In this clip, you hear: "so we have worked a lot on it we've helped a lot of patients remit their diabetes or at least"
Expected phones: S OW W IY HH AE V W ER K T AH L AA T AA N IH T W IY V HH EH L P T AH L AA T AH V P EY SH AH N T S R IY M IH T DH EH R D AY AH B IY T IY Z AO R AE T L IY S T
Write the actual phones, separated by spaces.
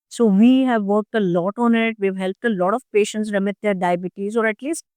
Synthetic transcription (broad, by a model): S OW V IY HH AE V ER K T AH L AA T AA N IH T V IY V HH EH L P T AH L AA T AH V P EY SH AH N T S R IY M IH T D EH R D AY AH B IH T IY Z AO R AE T L IY S T